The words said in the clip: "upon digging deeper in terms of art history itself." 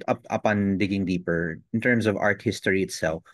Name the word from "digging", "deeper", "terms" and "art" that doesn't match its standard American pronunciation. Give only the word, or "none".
terms